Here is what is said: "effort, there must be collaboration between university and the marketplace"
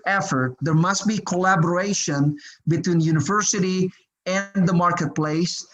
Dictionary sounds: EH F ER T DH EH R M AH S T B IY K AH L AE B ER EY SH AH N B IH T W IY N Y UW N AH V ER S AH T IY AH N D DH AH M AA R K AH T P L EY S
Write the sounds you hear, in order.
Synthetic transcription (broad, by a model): EH F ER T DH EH R M AH S T B IY K AH L AE B ER EY SH AH N B IH T W IY N Y UW N AH V ER S AH T IY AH N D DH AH M AA R K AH T P L EY S